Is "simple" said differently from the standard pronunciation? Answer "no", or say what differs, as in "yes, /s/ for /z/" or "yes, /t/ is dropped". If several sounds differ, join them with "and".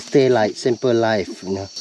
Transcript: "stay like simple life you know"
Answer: no